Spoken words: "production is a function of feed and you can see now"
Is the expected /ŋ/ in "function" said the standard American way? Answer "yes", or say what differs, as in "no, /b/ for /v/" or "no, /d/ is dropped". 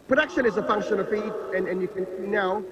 yes